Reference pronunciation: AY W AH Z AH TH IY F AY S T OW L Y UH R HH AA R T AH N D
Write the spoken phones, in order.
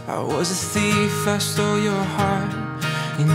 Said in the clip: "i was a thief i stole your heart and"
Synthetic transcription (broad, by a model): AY W AH Z AH S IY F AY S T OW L Y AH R HH AA R T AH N